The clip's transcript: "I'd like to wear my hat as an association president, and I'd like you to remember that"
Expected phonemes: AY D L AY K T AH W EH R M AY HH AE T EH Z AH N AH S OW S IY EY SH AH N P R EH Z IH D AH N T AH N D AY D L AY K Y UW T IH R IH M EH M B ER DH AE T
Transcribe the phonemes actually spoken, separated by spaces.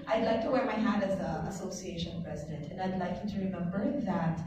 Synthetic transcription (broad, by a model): AY D L AY K T AH W EH R M AY HH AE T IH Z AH AH S OW S IY EY SH AH N P R EH Z IH D AH N T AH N AY D L AY K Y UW T IH R IH M EH M B ER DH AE T